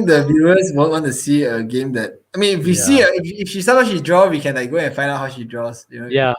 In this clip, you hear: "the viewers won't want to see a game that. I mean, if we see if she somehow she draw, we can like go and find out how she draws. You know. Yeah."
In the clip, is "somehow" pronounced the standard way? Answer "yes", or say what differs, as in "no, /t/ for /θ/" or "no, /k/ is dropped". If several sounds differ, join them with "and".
no, /m/ is dropped